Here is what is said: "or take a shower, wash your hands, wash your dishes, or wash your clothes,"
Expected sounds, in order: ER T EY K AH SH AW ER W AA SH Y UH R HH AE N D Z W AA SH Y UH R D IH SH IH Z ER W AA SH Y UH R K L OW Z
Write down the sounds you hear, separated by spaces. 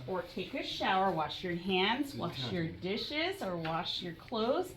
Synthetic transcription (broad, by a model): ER T EY K AH SH AW ER W AA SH Y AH R HH AE N D Z W AA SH Y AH R D IH SH IH Z ER W AA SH Y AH R K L OW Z